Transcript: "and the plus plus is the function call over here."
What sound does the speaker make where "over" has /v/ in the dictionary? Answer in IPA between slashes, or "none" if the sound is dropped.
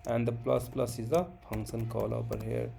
/p/